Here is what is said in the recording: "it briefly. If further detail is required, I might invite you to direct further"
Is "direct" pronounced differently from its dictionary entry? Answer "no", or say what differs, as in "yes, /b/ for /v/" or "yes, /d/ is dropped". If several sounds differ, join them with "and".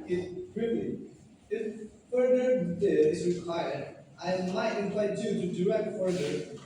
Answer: yes, /k/ is dropped